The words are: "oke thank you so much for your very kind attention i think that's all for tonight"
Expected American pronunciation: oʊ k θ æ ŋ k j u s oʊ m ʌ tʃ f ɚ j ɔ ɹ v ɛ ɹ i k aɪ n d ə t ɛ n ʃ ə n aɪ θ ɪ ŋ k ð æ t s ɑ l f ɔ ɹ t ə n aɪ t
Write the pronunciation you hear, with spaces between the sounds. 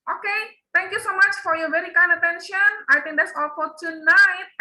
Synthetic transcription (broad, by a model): oʊ k t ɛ ŋ k j u s oʊ m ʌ tʃ f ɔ j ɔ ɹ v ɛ ɹ i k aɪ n ə t ɛ n ʃ ə n aɪ t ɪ ŋ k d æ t s ɑ l f ɔ ɹ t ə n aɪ t